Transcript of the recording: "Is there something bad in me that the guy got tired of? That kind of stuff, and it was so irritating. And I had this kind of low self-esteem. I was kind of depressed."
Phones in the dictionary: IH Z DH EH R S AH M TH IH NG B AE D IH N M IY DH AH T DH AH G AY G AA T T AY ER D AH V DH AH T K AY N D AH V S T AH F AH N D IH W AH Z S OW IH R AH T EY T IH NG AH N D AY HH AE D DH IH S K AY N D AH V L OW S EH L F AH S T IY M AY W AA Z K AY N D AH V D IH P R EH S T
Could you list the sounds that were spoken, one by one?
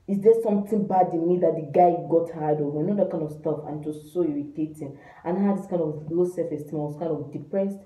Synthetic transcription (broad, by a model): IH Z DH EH S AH M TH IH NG B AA D IH N M IY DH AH T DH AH G AY G AA T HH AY D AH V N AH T K AY N D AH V S T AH F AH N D IH S OW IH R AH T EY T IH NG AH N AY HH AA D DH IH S K AY N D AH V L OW S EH F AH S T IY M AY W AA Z K AY N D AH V D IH P R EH S T